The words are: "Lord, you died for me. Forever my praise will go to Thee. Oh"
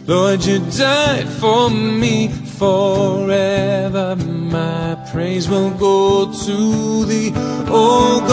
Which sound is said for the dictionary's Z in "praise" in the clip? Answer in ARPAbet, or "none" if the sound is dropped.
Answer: Z